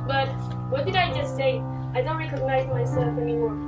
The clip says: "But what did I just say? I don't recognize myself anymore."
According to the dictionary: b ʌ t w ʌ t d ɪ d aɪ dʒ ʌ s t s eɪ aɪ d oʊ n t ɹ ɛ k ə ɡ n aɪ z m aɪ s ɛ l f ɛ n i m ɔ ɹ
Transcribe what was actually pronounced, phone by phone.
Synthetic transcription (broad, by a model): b ʌ t w ʌ t d ɪ d aɪ dʒ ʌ s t s eɪ aɪ d oʊ n t ɹ ɛ k ə ɡ n aɪ z m aɪ s ɛ l f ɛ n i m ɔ ɹ